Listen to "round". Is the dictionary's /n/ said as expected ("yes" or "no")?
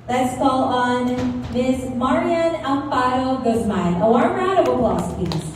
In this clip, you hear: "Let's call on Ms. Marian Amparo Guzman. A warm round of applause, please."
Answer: no